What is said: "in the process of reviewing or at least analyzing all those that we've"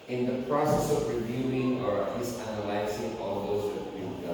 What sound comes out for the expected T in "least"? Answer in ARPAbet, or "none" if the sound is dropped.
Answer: none